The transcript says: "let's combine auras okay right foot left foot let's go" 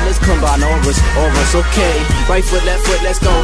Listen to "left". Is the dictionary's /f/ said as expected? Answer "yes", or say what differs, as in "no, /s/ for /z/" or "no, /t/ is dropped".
no, /f/ is dropped